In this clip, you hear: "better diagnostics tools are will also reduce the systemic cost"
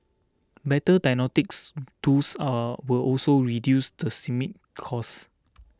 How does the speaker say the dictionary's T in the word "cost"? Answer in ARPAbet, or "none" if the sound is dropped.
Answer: none